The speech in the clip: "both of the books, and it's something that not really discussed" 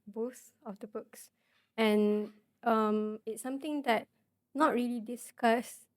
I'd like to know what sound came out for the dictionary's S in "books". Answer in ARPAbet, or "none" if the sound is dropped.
S